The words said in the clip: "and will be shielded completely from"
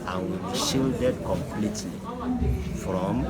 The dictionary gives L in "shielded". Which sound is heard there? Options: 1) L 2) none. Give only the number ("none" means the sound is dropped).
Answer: 1